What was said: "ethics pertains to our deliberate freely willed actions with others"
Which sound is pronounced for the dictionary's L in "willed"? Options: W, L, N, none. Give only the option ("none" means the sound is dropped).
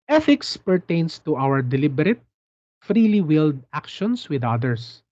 L